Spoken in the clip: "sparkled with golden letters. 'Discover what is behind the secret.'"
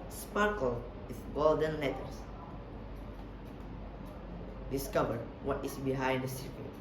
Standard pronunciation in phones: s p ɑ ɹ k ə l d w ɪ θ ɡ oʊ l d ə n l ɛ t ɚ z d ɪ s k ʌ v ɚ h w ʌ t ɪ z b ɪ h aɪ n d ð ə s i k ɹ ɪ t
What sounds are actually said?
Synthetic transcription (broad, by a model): s p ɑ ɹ k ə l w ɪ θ ɡ oʊ l d ə n l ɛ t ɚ s d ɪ s k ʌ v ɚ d w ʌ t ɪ s b ɪ h aɪ n d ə s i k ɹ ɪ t